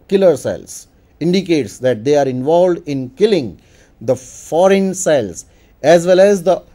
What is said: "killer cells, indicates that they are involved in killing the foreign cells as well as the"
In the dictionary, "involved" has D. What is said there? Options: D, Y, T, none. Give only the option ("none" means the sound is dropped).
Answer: D